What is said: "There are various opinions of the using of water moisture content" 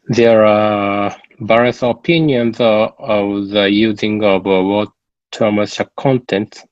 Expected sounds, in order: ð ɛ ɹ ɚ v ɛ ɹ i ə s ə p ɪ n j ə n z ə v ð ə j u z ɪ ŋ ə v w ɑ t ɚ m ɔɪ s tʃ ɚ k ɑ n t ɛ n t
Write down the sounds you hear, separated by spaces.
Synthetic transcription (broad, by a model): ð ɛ ɹ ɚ b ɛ ɹ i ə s ə p ɪ n j ə n z ə v ð ə j u z ɪ ŋ ə v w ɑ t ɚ m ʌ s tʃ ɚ k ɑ n t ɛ n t